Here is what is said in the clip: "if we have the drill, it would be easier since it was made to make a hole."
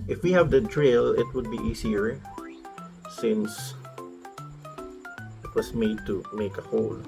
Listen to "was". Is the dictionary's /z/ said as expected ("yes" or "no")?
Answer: no